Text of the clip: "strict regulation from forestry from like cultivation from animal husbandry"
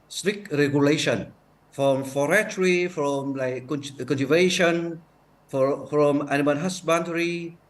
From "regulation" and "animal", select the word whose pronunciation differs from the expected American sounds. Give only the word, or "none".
animal